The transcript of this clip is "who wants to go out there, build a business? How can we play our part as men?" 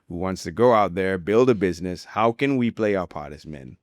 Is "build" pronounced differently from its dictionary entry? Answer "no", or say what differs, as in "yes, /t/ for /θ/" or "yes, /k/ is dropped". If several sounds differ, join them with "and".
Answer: no